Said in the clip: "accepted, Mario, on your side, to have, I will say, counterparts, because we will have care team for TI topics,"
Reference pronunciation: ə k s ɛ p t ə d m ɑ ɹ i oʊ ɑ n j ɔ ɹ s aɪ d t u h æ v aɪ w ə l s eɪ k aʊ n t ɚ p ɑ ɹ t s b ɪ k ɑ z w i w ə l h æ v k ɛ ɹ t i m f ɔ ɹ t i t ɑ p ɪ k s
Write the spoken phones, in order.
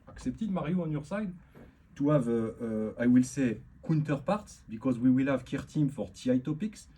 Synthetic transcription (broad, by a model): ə k s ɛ p t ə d m ɑ ɹ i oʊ ɑ n j ɔ ɹ s aɪ d t u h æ v aɪ w ə l s eɪ k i n t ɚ p ɑ ɹ t s b ɪ k ɑ z w i w ə l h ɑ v k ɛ ɹ t i m f ɔ ɹ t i t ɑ p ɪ k s